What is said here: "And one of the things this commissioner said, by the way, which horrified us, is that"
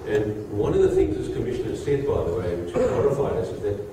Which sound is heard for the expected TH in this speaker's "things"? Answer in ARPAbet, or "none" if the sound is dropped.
TH